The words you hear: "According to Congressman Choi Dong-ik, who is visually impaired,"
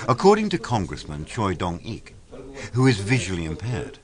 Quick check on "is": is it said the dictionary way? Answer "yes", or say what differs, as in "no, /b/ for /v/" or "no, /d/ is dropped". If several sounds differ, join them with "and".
yes